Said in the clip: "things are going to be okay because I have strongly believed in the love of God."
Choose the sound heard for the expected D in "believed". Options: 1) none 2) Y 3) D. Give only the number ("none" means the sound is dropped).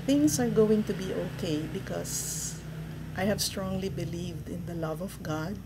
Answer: 3